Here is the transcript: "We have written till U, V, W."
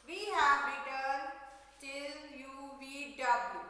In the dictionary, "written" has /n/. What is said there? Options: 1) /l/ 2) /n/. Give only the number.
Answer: 1